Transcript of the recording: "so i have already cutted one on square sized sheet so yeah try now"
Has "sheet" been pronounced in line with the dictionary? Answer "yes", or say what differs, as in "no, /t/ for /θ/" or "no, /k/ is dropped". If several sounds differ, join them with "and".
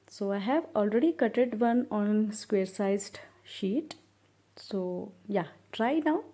yes